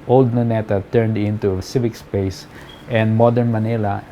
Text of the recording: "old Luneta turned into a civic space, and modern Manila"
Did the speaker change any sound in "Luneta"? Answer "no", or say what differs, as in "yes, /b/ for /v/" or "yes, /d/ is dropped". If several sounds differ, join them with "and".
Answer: yes, /n/ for /l/